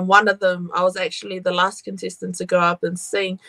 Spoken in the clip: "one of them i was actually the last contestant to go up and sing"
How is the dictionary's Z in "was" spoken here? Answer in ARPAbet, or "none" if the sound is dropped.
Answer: Z